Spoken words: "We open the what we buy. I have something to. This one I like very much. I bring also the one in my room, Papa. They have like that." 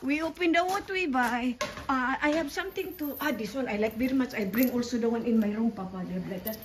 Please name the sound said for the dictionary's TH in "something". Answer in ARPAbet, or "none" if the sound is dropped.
T